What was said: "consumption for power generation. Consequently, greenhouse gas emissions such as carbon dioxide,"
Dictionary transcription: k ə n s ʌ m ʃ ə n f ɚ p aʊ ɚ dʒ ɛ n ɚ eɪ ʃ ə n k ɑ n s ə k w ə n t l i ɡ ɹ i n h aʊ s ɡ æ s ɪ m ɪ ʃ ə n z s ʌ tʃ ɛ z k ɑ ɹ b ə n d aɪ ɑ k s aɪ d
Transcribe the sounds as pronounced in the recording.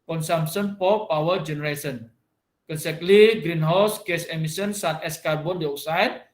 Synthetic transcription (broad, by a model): k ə n s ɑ m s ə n p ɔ p aʊ ɚ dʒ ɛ n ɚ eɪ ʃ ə n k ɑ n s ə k l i ɡ ɹ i n h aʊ s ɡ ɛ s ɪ m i s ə n s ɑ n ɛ s k ɑ ɹ b ə n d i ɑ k s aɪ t